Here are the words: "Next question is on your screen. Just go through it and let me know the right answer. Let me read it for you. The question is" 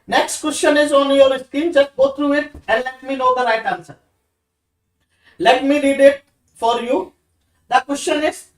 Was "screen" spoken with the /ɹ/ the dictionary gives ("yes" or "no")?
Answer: no